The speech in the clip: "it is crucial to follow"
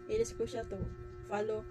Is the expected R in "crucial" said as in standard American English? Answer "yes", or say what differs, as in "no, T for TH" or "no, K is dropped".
no, R is dropped